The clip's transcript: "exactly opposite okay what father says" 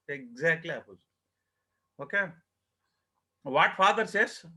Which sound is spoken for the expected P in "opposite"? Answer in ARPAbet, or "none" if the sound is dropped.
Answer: none